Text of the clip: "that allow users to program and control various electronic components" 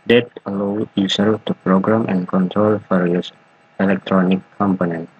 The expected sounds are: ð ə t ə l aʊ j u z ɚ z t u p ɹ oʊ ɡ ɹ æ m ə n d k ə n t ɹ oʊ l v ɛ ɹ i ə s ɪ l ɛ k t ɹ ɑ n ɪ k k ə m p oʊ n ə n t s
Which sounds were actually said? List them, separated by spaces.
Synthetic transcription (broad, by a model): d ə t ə l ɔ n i s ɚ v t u p ɹ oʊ ɡ ɹ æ m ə n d k ə n t ɹ oʊ l f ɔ ɹ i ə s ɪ l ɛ k t ɹ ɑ n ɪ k k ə m p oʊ n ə n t